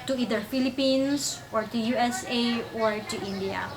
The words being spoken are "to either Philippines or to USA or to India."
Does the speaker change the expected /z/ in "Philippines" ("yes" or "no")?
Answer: yes